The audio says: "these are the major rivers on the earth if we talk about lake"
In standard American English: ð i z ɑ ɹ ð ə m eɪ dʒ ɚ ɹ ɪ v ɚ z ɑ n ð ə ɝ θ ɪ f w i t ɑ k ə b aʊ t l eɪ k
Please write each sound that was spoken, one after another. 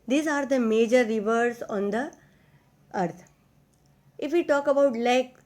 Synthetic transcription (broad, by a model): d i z ɑ ɹ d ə m eɪ dʒ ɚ ɹ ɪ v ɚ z ɑ n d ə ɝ t ɪ f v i t ɑ k ə b aʊ t l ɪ k